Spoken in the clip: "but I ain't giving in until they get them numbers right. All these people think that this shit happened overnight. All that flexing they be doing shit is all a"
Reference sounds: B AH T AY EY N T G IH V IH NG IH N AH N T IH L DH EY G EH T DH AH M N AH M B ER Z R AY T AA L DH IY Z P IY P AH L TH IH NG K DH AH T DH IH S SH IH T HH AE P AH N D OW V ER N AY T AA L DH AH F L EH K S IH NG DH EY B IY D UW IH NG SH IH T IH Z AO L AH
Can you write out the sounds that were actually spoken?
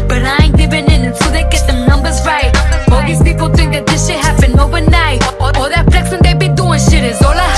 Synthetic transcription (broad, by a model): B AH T AY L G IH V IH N IH N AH N S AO DH EY G EH T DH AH N AH M B ER Z R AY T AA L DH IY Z P IY P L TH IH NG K DH AH T DH IH S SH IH HH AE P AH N OW V ER N AY T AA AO DH AH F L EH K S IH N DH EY B IY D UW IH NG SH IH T IH Z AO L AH